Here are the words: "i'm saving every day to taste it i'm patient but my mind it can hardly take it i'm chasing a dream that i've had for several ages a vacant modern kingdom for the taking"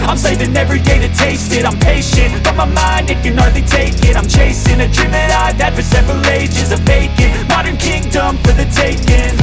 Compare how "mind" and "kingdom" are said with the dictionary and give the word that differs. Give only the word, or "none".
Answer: none